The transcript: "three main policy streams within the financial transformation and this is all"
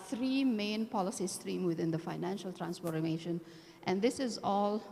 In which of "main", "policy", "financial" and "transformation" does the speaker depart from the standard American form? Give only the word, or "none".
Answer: transformation